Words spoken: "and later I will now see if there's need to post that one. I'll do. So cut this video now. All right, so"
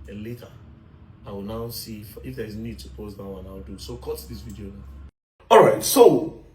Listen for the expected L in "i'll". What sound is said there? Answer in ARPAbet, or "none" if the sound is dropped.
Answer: W